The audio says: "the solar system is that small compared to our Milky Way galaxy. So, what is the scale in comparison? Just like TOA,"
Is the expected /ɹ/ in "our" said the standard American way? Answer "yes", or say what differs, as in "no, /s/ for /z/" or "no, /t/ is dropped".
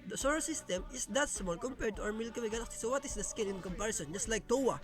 no, /w/ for /ɹ/